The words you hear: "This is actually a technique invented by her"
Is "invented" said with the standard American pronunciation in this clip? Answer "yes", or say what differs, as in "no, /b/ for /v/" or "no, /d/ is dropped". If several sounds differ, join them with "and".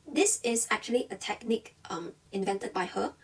yes